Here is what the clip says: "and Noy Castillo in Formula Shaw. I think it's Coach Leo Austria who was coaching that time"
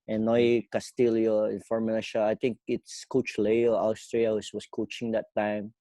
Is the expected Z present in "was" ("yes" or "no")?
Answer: no